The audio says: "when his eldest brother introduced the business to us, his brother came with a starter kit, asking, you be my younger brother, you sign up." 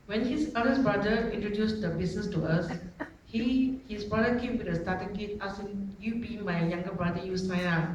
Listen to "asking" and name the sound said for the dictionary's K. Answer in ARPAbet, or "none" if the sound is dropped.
none